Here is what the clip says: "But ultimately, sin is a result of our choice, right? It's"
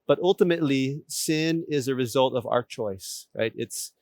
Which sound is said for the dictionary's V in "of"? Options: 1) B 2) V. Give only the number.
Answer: 2